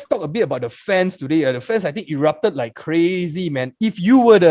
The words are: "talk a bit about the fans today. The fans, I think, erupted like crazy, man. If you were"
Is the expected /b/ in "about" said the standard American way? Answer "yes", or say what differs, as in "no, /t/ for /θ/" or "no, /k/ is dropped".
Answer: yes